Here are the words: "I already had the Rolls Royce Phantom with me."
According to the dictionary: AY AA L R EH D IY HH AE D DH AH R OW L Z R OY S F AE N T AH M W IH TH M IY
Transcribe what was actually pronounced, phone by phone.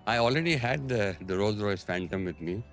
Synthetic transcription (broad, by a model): AY AA L R EH D IY HH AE D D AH R OW Z R OY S F AE N T AH M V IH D M IY